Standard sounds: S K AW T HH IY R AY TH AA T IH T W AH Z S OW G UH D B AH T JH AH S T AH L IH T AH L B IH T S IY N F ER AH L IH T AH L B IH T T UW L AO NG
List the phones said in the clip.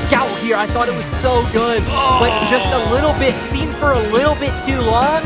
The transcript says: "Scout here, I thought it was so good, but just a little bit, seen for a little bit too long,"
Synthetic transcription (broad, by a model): S K AW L HH IY R AY TH AA T IH T W AH Z S OW G UH D B AH T JH AH S T AH L IH T L B IH T S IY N F ER AH L IH T L B IH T T UW L AO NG